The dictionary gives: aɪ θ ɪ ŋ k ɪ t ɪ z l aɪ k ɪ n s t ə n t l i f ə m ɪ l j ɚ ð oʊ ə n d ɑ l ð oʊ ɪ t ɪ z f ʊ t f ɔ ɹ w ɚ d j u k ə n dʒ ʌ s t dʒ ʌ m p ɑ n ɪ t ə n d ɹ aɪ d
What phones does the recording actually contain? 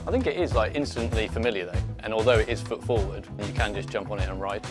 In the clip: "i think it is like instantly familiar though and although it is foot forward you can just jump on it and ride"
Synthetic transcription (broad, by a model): aɪ θ ɪ ŋ k ɪ t ɪ z l aɪ k ɪ n s t ə n t l i f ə m ɪ l j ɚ ð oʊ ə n ɑ l ð oʊ ɪ t ɪ z f ʊ t f ɔ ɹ w ɚ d j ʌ k ə n dʒ ʌ s dʒ ʌ m p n ɪ t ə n ɹ aɪ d